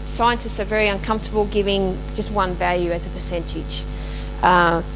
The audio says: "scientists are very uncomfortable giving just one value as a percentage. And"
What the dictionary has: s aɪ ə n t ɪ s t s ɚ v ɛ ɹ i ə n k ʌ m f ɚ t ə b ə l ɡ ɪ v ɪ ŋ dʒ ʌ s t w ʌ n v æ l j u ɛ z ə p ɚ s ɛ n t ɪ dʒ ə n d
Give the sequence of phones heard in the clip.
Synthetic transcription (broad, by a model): s aɪ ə n t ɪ s t s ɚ v ɛ ɹ i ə n k ʌ m f t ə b l ɡ ɪ v ɪ ŋ dʒ ʌ s t w ʌ n v æ l j u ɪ z ə p ɚ s ɛ n t ɪ dʒ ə